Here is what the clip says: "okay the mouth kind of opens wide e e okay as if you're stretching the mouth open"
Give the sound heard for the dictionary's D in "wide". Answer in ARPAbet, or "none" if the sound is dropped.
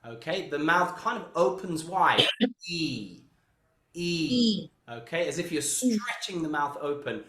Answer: none